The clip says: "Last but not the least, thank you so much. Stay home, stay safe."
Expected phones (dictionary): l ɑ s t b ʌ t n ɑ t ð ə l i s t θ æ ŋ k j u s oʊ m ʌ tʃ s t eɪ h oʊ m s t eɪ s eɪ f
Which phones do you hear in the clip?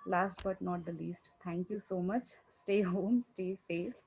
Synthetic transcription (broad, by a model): l ɑ s t b ʌ t n ɑ t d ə l i s t t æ ŋ k j u s oʊ m ʌ tʃ s t eɪ h oʊ m s t eɪ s eɪ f